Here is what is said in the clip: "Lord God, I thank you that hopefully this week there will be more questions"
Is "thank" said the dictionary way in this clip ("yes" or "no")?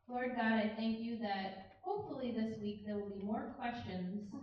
yes